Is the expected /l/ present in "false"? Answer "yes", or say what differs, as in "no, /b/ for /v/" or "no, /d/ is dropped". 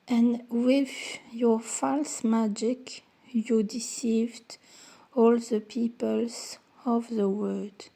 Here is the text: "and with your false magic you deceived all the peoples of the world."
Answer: yes